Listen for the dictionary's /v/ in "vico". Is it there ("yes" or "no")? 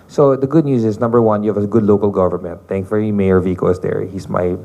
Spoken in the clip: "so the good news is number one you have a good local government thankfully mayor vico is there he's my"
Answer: yes